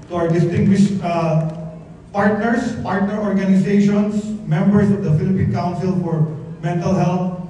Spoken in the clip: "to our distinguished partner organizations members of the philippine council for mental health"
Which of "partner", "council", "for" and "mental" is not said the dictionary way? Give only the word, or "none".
none